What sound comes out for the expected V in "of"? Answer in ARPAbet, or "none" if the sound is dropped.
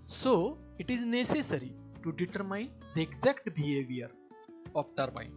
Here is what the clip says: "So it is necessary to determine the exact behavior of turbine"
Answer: P